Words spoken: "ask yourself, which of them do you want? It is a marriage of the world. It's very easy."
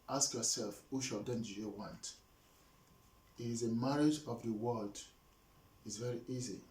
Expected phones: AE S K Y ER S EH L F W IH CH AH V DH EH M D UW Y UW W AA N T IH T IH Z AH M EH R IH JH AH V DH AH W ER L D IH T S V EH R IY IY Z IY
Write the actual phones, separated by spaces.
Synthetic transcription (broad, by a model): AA S K Y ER S EH L F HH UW SH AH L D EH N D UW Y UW W AA N T IH T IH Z AH M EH R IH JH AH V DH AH W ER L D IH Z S V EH R IY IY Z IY